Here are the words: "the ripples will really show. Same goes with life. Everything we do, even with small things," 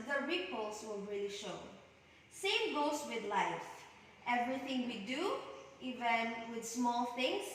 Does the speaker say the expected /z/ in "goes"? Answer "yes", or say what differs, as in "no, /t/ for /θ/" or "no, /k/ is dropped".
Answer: no, /s/ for /z/